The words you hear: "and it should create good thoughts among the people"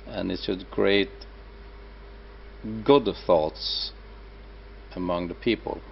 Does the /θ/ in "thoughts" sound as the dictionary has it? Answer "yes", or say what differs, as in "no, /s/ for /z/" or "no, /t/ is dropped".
yes